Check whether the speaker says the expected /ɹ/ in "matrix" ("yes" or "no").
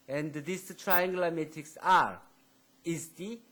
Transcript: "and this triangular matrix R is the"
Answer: no